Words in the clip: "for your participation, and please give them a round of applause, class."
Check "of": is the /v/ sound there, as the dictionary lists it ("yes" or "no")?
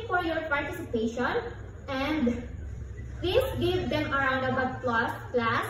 no